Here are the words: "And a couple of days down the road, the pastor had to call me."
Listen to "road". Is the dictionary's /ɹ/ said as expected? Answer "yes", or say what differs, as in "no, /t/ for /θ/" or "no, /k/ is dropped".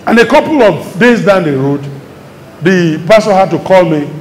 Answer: yes